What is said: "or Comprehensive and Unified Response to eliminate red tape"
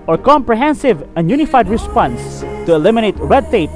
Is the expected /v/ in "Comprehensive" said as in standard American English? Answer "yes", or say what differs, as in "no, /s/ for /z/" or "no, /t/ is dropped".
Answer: yes